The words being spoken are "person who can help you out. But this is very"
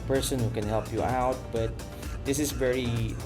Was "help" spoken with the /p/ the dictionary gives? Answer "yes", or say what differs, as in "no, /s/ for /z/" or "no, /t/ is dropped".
yes